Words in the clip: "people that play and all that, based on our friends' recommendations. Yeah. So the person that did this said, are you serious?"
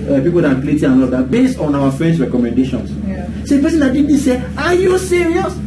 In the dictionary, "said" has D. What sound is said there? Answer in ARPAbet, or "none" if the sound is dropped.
none